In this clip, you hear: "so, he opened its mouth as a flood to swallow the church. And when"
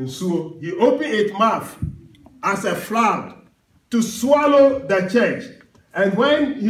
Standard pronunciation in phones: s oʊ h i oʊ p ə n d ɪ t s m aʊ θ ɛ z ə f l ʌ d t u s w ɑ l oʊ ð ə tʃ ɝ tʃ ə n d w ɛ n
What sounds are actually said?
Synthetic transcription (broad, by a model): s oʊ h i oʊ p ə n ɪ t m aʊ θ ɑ s ə f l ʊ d t u s w ɑ l oʊ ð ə tʃ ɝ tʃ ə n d w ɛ n